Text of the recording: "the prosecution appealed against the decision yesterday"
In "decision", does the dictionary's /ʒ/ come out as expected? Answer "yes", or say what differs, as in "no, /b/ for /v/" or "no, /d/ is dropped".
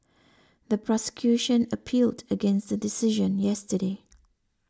yes